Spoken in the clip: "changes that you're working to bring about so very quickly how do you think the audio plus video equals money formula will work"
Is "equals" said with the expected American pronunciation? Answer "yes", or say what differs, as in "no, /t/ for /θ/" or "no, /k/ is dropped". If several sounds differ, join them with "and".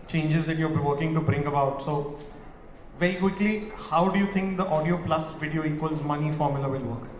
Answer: yes